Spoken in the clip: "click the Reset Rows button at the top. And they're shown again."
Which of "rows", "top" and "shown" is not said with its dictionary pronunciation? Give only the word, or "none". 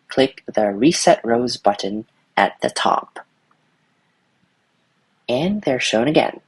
none